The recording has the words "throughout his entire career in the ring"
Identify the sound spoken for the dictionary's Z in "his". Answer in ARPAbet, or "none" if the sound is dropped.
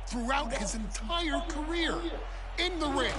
Z